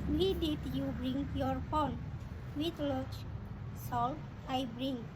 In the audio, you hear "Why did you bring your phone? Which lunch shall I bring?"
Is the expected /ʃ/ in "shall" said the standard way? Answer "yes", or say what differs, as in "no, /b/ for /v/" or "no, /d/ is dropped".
no, /s/ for /ʃ/